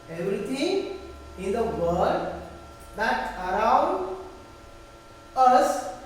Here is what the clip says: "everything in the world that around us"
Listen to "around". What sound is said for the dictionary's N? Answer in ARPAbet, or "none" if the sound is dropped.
N